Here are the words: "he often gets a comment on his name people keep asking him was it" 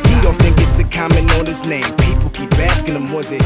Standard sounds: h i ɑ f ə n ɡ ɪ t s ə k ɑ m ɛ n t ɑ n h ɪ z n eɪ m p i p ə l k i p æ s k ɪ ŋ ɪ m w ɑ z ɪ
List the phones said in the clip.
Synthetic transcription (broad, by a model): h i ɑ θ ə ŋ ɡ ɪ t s ə k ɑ m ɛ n ɑ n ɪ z n eɪ m p i p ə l k i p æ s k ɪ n ɪ m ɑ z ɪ